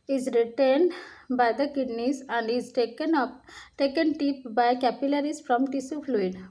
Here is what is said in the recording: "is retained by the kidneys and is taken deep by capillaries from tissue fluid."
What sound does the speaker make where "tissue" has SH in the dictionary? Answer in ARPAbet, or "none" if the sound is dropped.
S